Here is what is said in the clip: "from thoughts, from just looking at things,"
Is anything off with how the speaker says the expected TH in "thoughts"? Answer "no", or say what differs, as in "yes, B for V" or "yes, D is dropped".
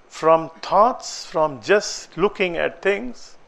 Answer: yes, T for TH